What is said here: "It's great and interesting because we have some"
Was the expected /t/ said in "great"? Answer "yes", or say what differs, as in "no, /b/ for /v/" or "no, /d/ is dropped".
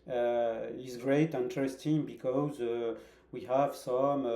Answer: no, /t/ is dropped